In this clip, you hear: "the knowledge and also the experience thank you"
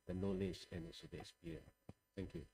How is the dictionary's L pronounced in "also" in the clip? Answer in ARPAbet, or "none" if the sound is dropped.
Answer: none